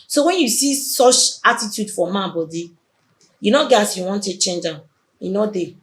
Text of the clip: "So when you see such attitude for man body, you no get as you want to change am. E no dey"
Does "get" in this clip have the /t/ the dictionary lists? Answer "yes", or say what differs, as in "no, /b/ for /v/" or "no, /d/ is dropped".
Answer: no, /t/ is dropped